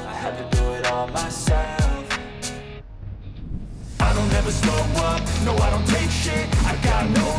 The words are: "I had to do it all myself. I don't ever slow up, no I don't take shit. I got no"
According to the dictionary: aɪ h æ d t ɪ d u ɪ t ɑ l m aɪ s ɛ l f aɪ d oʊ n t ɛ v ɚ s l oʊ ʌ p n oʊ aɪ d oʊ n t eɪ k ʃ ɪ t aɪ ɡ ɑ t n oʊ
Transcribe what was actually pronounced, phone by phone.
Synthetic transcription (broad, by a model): aɪ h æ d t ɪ d u ɪ t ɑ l m aɪ s ɛ l f aɪ d oʊ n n ɛ v ɚ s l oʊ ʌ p n oʊ aɪ d oʊ n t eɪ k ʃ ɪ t aɪ ɡ ɑ t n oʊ